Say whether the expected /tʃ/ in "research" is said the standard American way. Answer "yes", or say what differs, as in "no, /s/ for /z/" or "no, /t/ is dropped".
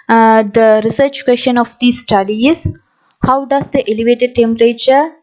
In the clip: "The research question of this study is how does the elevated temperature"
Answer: yes